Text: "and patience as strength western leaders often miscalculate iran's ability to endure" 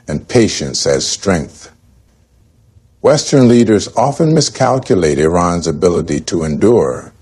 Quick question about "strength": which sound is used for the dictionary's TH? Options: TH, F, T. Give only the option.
TH